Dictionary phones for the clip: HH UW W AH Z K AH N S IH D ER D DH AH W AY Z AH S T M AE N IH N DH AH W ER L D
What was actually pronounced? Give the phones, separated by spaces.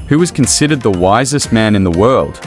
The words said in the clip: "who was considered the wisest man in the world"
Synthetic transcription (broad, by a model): HH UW W AH Z K AH N S IH D ER D DH AH W AY Z AH S T M AE N IH N DH AH W ER L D